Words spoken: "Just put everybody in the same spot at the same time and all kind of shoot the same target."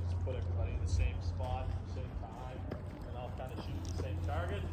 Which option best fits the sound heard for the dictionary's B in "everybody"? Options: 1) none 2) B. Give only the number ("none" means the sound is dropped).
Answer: 1